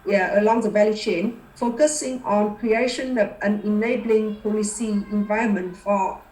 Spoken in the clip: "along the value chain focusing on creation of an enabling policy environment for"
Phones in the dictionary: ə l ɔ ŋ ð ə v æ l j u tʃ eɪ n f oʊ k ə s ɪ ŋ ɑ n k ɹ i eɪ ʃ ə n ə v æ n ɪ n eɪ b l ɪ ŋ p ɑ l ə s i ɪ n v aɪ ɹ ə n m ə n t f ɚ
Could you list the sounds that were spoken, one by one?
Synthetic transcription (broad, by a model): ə l ɔ ŋ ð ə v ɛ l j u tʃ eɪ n f oʊ k ə s ɪ ŋ ɑ n k ɹ i eɪ ʃ ə n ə p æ n ɪ n eɪ b l ɪ ŋ p ɑ l ə s i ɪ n v aɪ ə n m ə n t f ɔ